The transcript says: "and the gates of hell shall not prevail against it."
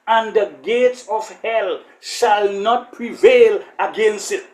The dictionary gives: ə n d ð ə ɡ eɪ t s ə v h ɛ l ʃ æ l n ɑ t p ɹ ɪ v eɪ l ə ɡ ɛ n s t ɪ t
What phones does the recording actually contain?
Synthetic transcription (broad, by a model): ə n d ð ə ɡ eɪ t s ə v h ɛ l ʃ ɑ l n ɑ t p ɹ ɪ v eɪ l ə ɡ ɛ n s t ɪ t